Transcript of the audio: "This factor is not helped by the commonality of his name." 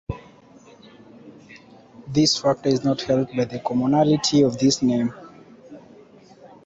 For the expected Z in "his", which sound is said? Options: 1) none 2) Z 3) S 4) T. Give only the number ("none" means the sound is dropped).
3